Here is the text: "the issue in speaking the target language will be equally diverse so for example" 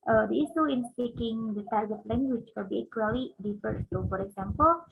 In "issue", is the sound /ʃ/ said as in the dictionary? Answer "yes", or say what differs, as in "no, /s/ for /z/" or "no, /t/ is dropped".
no, /s/ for /ʃ/